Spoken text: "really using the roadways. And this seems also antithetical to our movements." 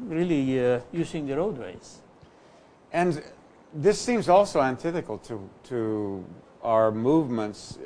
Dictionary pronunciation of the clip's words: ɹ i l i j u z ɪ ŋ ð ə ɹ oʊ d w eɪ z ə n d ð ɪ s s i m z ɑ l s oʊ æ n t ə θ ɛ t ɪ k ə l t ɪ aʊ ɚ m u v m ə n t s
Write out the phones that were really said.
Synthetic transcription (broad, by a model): ɹ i l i j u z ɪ ŋ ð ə ɹ oʊ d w eɪ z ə n ð ɪ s s i m z ɑ l s oʊ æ n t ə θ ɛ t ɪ k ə l t ɪ aʊ ɚ m u v m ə n t s